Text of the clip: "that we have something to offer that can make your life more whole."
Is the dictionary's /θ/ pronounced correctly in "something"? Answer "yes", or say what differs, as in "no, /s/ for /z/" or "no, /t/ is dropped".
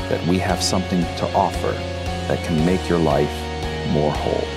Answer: yes